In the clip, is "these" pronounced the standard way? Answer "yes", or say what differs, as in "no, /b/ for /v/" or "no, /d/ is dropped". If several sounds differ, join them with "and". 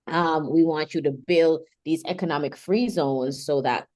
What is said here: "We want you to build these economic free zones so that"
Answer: yes